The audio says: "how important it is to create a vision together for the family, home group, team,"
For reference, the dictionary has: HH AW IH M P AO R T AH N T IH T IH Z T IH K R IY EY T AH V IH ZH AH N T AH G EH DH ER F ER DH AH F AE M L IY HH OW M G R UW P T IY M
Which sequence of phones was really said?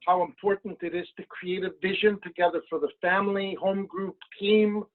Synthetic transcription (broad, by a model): HH AW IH M P AO R T N T IH T IH Z T IH K R IY EY T AH V IH ZH AH N T AH G EH DH ER F ER DH AH F AE M L IY HH OW M G R UW P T IY M